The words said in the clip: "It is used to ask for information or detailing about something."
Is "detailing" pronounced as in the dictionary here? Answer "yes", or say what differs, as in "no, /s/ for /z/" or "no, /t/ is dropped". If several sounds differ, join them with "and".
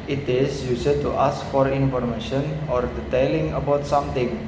yes